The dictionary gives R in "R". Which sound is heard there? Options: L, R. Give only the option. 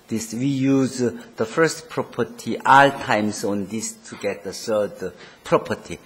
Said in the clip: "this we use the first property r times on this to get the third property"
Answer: L